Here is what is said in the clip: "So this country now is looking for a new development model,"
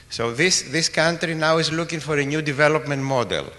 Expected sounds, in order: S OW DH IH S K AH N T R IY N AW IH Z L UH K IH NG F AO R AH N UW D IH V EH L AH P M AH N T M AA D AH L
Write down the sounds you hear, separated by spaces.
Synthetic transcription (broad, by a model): S OW DH IH S K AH N T R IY N AW IH Z L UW K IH NG F AO R AH N UW D IH V EH L AH P M AH N T M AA D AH L